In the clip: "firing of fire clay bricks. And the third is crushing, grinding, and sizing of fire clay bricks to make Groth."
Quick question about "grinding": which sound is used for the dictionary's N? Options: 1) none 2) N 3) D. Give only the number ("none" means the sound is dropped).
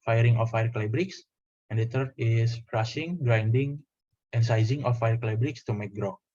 2